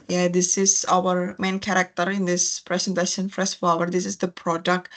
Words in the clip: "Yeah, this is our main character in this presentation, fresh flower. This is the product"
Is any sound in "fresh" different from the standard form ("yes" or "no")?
yes